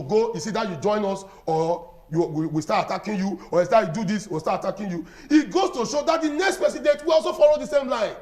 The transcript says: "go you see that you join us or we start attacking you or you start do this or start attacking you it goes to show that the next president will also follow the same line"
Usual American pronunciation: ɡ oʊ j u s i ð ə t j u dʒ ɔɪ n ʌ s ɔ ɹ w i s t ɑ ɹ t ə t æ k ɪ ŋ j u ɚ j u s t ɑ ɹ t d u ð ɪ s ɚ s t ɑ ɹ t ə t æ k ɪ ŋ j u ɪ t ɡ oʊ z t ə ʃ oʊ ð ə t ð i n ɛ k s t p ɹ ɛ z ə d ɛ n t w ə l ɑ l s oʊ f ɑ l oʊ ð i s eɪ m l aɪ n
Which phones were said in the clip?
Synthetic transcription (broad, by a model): ɡ oʊ j u s i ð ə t j u dʒ ɔɪ n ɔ s ɔ w w i s t ɑ t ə t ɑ k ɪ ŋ j u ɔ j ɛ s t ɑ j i d u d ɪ s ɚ s t ɑ t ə t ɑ k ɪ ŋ j u ɪ t ɡ oʊ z t ə ʃ oʊ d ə t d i n ɛ k s t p ɛ s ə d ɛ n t w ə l ɑ l s oʊ f ɑ l oʊ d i s eɪ m l aɪ n